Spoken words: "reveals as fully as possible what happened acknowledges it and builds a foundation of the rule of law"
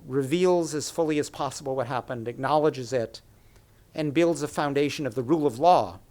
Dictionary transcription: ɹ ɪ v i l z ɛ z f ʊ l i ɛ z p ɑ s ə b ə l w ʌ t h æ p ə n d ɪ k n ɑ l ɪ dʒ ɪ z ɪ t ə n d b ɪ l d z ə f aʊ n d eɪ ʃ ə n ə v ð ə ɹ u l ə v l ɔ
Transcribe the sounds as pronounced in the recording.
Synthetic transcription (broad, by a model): ɹ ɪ v i l z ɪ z f ʊ l i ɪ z p ɑ s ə b l w ʌ t h æ p ə n d ɪ k n ɑ l ɪ dʒ ɪ z ɪ t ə n b ɪ l d z ə f aʊ n d eɪ ʃ ə n ə v ð ə ɹ u l ə v l ɔ